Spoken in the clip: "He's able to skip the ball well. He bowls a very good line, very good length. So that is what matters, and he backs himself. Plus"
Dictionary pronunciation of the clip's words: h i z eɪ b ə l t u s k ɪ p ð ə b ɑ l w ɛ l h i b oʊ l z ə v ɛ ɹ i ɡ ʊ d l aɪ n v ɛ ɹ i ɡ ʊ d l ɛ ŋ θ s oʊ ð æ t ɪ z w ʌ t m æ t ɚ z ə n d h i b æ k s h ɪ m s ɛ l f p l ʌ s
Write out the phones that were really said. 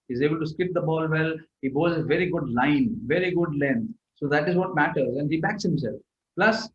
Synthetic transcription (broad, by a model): h i z eɪ b ə l t u s k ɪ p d ə b ɑ l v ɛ l h i b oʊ z ə v ɛ ɹ i ɡ ʊ d l aɪ n v ɛ ɹ i ɡ ʊ d l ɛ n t s oʊ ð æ t ɪ z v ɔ t m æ t ɚ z ə n d h i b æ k s h ɪ m s ɛ l f p l ʌ s